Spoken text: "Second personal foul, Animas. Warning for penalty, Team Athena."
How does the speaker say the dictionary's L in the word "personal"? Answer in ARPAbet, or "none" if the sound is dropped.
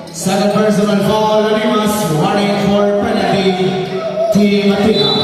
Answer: N